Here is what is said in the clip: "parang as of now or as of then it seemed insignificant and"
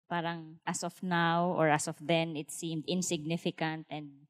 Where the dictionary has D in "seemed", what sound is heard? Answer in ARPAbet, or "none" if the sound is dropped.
D